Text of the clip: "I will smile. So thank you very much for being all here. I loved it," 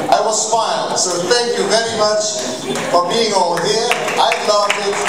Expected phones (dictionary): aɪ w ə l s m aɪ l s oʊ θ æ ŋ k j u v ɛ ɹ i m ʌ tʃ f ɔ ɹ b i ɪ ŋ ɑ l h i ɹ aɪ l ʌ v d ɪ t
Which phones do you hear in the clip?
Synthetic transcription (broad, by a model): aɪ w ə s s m aɪ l s oʊ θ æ ŋ k j u v ɛ ɹ i m ʌ tʃ f ɔ ɹ b i ɪ ŋ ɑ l h i ɹ aɪ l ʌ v ɪ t